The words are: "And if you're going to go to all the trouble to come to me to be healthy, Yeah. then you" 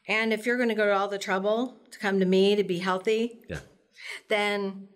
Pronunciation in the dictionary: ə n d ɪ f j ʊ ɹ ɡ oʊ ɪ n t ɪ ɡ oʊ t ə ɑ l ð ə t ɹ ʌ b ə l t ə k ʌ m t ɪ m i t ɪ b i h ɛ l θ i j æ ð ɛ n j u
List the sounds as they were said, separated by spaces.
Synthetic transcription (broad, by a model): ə n ɪ f j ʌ ɹ ɡ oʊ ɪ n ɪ ɡ oʊ t ə ɑ l ð ə t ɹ ʌ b l t ə k ʌ m t ɪ m i t ɪ b i h ɛ l θ i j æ ð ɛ n